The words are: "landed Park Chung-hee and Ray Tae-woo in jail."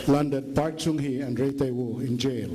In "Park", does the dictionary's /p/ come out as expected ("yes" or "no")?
yes